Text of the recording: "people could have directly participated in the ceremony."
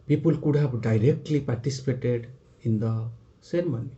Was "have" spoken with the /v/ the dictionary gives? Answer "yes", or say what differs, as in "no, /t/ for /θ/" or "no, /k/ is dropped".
no, /b/ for /v/